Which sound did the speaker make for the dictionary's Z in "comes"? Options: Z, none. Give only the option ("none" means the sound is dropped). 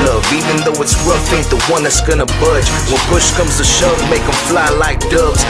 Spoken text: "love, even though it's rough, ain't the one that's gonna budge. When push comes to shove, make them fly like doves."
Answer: Z